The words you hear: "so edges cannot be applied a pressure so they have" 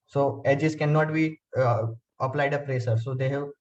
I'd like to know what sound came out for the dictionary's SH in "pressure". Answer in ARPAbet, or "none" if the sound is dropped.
S